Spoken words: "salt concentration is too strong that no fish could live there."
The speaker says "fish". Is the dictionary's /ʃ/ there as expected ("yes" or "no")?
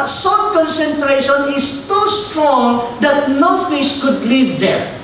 no